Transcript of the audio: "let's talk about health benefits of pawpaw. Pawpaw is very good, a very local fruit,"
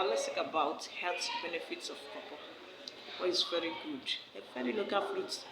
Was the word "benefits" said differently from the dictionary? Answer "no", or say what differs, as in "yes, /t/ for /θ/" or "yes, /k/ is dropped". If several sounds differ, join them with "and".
no